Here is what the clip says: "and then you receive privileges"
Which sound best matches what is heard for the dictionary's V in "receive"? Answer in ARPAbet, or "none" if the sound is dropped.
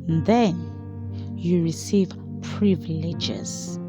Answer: V